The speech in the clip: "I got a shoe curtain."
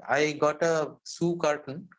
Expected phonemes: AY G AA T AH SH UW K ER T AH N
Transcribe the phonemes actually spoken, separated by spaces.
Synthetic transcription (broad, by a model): AY G AA T AH S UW K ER T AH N